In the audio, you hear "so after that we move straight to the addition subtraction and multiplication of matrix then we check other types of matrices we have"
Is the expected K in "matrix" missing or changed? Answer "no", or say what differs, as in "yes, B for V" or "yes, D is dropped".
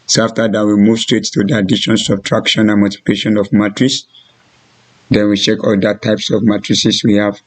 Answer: yes, K is dropped